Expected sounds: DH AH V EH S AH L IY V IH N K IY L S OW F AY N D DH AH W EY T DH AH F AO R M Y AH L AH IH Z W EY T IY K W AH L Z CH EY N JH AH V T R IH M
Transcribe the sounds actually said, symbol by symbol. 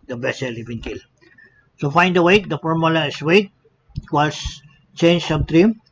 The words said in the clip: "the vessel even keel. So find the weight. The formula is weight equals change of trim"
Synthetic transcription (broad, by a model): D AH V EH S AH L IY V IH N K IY L S OW F AY N D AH W EY T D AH F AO R M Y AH L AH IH S W EY T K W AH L S CH EY N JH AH B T R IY M